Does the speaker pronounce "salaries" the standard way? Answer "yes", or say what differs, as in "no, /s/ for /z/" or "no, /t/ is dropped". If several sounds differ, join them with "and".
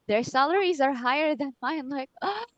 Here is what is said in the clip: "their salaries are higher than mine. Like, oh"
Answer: yes